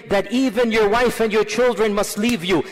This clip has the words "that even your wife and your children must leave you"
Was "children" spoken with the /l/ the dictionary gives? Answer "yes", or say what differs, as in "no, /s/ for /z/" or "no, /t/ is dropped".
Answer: yes